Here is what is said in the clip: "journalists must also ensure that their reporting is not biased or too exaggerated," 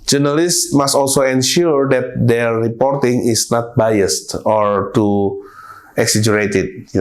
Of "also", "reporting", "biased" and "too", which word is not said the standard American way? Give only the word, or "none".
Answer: none